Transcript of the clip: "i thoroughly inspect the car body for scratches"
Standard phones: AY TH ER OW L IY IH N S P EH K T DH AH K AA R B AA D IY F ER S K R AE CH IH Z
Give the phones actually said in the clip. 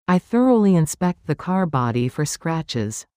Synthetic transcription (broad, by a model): AY TH ER OW L IY IH N S P EH K T DH AH K AA R B AA D IY F ER S K R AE CH IH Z